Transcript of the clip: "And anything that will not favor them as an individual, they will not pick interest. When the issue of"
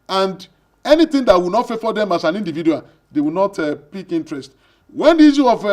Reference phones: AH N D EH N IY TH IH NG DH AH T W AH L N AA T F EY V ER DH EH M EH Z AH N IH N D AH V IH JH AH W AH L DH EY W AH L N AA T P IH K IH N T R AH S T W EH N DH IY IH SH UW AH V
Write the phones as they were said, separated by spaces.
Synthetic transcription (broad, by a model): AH N D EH N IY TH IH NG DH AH T W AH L N AA T F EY F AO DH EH M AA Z AH N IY N D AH V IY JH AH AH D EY W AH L N AA T P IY K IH N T R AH S T W EH N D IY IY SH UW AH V